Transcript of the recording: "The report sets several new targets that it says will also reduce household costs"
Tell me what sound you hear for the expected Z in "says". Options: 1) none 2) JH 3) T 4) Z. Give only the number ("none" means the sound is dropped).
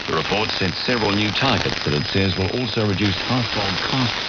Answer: 4